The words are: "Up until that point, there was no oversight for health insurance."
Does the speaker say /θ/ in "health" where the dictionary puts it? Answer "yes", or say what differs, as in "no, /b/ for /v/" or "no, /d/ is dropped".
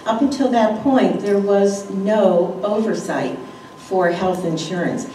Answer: yes